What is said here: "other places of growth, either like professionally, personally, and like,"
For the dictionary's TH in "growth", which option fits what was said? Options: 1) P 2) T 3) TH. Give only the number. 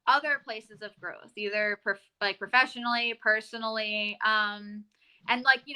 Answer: 3